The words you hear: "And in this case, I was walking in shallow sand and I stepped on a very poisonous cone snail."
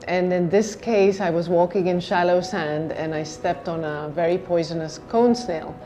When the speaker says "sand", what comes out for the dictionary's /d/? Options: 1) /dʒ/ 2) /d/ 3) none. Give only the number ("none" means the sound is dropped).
2